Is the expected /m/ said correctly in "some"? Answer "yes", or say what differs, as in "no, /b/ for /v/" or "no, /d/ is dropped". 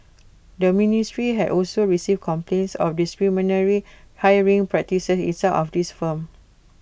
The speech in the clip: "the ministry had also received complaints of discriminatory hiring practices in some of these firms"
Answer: no, /m/ is dropped